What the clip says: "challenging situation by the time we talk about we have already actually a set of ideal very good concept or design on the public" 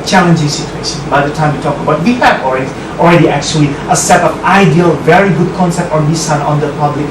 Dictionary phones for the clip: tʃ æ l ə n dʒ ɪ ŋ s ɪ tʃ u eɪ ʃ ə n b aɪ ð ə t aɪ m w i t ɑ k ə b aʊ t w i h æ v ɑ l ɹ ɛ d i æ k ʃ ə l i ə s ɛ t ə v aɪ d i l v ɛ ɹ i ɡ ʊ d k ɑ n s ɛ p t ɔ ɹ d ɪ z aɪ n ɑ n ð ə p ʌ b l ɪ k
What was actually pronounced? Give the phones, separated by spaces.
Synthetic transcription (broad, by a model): tʃ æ l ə n dʒ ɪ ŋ s ɪ tʃ u eɪ ʃ ə n b aɪ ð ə t aɪ m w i t ɑ k ə b aʊ t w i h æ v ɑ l ɹ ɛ d i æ k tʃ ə l i ə s ɛ t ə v aɪ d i l v ɛ ɹ i ɡ ʊ d k ɑ n s ɛ p t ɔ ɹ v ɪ s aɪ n ɑ n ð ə p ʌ b l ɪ k